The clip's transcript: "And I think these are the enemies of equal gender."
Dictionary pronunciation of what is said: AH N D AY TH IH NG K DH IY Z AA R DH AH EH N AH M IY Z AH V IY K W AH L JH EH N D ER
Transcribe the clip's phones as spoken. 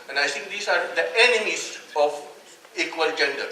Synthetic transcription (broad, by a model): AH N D AY T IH NG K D IY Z AA R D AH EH N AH M IY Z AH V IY K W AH L JH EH N D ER